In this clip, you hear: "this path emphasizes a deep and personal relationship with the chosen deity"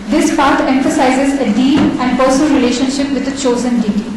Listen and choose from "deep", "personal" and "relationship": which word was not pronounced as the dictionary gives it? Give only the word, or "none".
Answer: deep